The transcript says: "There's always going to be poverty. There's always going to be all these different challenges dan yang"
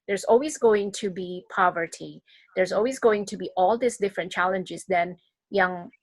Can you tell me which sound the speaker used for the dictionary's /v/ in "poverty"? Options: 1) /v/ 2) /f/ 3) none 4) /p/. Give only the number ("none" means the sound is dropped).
1